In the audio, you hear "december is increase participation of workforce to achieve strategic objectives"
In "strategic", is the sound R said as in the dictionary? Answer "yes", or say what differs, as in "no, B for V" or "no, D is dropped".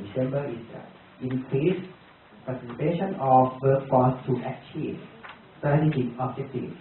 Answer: no, R is dropped